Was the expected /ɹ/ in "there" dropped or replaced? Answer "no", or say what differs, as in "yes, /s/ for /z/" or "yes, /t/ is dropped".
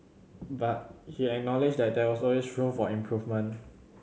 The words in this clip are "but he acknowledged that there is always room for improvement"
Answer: yes, /w/ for /ɹ/